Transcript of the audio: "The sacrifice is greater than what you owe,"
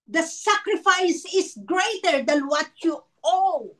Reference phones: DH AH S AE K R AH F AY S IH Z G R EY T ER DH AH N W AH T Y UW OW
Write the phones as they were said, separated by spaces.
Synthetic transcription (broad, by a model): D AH S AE K R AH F AY S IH S G R EY T ER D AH N W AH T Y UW OW